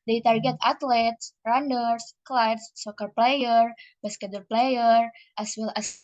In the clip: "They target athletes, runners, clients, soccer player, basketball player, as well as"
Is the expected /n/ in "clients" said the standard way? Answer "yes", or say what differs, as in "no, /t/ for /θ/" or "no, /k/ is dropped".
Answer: no, /n/ is dropped